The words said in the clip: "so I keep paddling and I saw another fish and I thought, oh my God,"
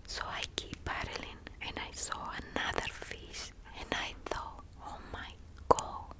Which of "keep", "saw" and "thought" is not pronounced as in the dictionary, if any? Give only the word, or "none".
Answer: thought